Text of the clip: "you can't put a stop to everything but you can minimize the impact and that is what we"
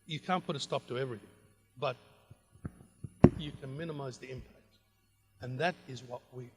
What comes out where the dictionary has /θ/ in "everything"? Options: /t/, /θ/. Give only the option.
/θ/